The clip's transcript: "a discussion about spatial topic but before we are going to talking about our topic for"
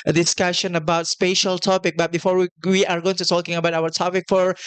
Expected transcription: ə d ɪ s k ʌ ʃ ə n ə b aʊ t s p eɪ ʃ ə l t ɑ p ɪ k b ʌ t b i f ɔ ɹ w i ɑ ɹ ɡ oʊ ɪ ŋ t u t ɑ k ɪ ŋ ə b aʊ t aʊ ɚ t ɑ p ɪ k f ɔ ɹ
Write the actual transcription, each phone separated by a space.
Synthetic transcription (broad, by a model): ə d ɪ s k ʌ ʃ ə n ə b aʊ t s p eɪ ʃ ə l t ɑ p ɪ k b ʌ t b i f ɔ ɹ w i ɑ ɹ ɡ oʊ ɪ ŋ t u t ɑ k ɪ ŋ ə b aʊ t aʊ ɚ t ɑ p ɪ k f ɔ ɹ